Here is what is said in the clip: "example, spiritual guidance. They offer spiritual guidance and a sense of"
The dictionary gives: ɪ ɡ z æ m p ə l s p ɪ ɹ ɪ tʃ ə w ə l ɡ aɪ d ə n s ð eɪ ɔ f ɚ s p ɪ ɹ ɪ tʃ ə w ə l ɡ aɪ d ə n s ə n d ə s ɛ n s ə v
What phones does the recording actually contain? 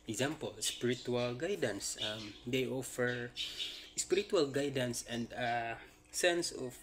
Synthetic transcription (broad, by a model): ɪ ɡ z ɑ m p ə l s p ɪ ɹ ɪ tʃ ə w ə l ɡ aɪ d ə n s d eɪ ɔ f ɚ s p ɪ ɹ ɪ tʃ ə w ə l ɡ aɪ d ə n s ə n d ə s ɛ n s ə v